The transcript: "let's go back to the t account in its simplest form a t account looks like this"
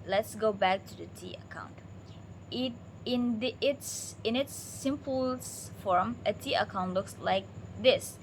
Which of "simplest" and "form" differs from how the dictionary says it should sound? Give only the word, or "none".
simplest